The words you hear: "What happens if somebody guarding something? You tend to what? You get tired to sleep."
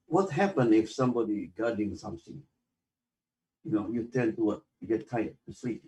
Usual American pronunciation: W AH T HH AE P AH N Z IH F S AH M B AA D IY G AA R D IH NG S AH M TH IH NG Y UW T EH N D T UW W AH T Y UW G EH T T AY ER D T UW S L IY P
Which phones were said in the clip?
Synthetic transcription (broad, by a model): W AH T HH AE P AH N IH F S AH M B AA D IY G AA D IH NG S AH M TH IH NG Y UW T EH N T UW W AH T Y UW G EH T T AY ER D T UW S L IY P